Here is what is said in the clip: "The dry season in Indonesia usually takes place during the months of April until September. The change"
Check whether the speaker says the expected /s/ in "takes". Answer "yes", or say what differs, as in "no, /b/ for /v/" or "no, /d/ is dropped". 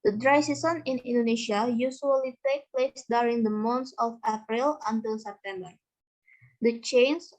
no, /s/ is dropped